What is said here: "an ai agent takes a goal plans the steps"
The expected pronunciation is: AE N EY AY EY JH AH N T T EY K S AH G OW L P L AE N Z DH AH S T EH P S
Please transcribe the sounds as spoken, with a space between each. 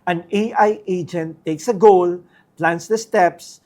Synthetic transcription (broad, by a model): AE N EY AY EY JH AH N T T EY K S AH G OW L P L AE N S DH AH S T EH P S